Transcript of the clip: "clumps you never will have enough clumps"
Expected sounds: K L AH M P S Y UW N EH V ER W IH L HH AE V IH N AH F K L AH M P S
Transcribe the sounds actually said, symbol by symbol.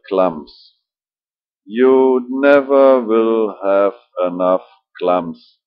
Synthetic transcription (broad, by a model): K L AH M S Y UW N EH V ER W IH L HH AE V IH N AH F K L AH M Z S